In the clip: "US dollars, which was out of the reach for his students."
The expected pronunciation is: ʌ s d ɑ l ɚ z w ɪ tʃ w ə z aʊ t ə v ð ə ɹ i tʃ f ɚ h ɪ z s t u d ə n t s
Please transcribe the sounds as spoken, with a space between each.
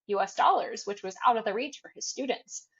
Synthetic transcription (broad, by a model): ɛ s d ɑ l ɚ z w ɪ tʃ w ə z aʊ t ə v ð ə ɹ i tʃ f ɚ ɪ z s t u d n t s